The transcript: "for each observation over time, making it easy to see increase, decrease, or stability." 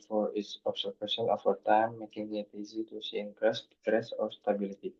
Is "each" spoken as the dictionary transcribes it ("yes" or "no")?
no